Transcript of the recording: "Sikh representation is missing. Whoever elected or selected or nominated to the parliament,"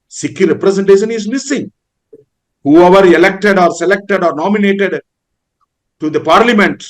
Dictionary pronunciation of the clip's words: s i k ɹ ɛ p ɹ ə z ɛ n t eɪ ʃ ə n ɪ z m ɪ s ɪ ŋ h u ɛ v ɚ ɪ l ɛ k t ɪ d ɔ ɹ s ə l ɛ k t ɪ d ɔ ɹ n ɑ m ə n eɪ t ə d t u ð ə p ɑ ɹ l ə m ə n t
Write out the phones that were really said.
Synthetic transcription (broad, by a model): s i k ɹ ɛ p ɹ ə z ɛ n t eɪ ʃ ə n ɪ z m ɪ s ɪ ŋ h u ɛ v ɚ ɪ l ɛ k t ɪ d ɔ ɹ s ə l ɛ k t ɪ d ɔ ɹ n ɑ m ə n eɪ t ə d t u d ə p ɑ ɹ l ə m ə n t